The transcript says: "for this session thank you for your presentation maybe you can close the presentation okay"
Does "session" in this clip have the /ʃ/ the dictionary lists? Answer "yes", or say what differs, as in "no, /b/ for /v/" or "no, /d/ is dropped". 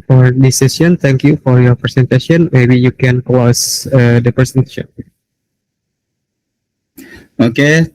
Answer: no, /ʃ/ is dropped